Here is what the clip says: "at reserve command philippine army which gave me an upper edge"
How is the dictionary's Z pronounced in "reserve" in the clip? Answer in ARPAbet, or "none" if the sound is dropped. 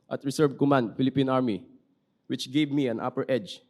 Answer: S